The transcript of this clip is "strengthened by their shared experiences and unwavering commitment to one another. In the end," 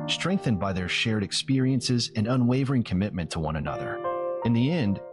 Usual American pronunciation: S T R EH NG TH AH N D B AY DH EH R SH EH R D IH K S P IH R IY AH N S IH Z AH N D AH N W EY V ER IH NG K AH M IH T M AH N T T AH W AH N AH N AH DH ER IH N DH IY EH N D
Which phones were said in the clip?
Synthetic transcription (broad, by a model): S T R EH NG TH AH N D B AY DH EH R SH EH R D IH K S P IH R IY AH N S IH Z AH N AH N W EY V ER IH NG K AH M IH T M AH N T T AH W AH N AH N AH DH ER IH N DH IY EH N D